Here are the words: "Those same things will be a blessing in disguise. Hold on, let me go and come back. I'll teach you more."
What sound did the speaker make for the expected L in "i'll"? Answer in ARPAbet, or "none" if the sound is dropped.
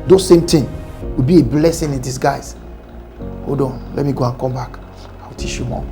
W